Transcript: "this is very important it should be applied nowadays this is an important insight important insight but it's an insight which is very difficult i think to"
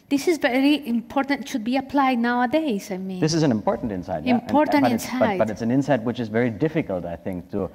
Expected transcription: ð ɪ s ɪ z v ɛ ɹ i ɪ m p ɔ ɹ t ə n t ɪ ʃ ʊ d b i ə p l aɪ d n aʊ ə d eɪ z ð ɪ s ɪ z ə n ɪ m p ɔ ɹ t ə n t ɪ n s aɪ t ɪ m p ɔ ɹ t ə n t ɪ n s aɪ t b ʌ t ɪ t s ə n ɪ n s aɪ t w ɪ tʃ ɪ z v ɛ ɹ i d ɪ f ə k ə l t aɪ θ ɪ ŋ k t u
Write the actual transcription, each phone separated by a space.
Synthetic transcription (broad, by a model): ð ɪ s ɪ z v ɛ ɹ i ɪ m p ɔ ɹ t ə n t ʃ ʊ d b i ə p l aɪ d n aʊ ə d eɪ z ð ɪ s ɪ z ə n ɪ m p ɔ ɹ t n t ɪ n s aɪ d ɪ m p ɔ ɹ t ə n ɪ n s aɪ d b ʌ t ɪ t s ə n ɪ n s aɪ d w ɪ tʃ ɪ z v ɛ ɹ i d ɪ f ə k ə l t aɪ θ ɪ ŋ k t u